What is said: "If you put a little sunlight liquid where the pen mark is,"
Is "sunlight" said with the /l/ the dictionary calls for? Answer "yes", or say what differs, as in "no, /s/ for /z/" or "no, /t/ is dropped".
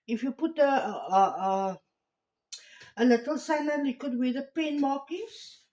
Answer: no, /l/ is dropped